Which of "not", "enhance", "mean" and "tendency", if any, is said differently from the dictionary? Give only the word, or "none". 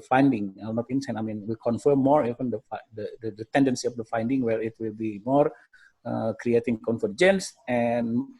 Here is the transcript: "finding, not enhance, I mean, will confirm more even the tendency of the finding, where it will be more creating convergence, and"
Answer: enhance